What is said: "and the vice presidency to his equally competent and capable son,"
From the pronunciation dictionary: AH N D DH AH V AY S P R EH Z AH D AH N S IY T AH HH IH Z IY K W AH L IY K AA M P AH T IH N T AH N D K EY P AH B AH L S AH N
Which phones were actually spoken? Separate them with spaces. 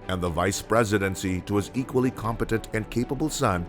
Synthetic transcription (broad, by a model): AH N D DH AH V AY S P R EH Z AH D AH N S IY T AH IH Z IY K W AH L IY K AA M P AH T IH N T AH N K EY P AH B AH L S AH N